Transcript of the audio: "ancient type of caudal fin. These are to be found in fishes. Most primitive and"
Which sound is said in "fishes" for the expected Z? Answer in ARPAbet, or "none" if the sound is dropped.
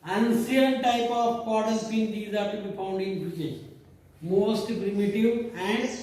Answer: none